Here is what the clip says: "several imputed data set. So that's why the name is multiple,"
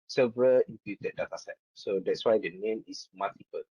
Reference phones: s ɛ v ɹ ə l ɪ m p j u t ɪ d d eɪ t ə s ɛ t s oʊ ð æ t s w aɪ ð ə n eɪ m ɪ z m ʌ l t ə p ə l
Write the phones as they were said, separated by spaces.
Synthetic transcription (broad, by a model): s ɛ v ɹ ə l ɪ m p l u t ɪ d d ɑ t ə s ɛ t s oʊ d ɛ t s w aɪ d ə n eɪ m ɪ s m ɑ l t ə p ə l